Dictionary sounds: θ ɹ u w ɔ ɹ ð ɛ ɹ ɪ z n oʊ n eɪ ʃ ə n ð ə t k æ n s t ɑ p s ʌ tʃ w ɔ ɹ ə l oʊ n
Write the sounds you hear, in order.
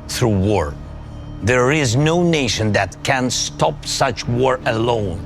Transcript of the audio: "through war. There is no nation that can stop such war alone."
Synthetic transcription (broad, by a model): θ ɹ u w ɔ ɹ ð ɛ ɹ ɪ z n oʊ n eɪ ʃ ə n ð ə t k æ n s t ɑ p s ʌ tʃ w ɔ ɹ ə l oʊ n